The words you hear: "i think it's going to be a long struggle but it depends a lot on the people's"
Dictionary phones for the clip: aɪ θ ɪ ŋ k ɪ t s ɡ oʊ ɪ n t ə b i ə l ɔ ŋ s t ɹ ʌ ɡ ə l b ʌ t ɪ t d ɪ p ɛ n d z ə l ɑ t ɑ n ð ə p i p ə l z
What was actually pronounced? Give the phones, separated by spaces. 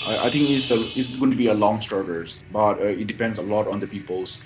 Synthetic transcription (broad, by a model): aɪ t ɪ ŋ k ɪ s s ɡ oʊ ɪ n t b i ə l ɔ ŋ s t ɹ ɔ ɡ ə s b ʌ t ɪ t d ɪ p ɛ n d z ə l ɑ t ɑ n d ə p i p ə l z